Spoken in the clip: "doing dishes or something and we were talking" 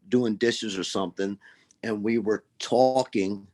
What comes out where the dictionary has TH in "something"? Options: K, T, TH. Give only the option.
TH